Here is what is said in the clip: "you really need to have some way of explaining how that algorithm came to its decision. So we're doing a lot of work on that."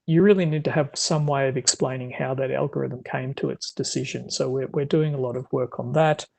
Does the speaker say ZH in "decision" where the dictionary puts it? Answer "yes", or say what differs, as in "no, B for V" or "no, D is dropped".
yes